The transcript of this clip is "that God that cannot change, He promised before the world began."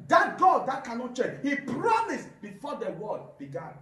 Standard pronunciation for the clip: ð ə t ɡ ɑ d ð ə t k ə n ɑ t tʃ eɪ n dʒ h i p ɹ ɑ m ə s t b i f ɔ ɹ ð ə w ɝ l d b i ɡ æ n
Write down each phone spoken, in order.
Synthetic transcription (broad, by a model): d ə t ɡ ɑ d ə t k ə n ɑ t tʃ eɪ dʒ h i p ɹ ɑ m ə s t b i f ɔ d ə w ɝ d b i ɡ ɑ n